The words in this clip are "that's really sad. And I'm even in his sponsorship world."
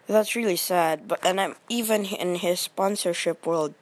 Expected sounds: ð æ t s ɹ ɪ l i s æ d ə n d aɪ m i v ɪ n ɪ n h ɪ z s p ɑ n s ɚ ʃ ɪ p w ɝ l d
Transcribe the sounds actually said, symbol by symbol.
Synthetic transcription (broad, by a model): ð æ t s ɹ ɪ l i s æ d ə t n aɪ m i v ɪ n ɪ n h ɪ z s p ɑ n s ɚ ʃ ɪ p w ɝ l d